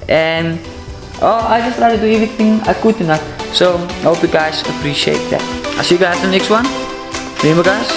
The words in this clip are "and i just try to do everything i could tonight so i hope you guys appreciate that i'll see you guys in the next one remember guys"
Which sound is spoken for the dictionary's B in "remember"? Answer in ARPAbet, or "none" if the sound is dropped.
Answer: none